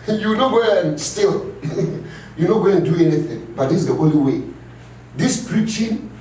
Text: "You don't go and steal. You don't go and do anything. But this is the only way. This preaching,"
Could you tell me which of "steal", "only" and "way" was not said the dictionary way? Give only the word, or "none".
only